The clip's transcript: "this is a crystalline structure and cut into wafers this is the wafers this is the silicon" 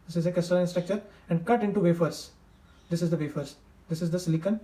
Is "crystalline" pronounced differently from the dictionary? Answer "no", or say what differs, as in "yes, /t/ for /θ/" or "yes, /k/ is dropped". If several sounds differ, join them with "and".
yes, /ɹ/ is dropped